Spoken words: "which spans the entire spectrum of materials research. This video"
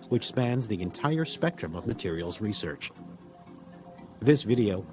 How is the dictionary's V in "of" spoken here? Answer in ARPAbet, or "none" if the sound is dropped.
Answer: V